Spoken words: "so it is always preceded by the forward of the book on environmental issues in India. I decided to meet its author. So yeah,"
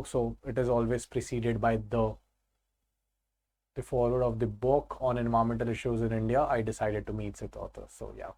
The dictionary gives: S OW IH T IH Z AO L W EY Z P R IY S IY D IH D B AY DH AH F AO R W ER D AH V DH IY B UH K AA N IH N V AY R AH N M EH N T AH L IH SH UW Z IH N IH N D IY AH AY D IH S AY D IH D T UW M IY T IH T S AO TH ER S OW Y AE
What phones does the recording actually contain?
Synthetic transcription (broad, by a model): S OW IH T IH Z AO L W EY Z P R IY S IY D IH D B AY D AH F AO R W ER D AH V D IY B UH K AA N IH N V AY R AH M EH N T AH L IH SH UW Z IH N IH N D IY AH AY D IH S AY D IH D T UW M IY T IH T AO T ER S OW Y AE